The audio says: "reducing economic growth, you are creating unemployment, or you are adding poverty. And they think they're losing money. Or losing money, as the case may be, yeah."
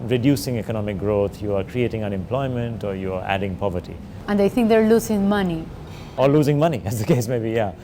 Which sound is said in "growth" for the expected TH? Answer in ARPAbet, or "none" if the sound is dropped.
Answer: T